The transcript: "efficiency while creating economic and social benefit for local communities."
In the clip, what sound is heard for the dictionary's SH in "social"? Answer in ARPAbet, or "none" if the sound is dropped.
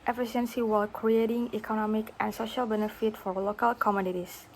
SH